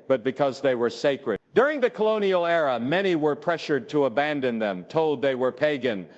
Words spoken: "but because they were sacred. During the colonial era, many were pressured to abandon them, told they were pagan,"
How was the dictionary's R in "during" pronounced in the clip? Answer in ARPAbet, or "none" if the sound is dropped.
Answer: R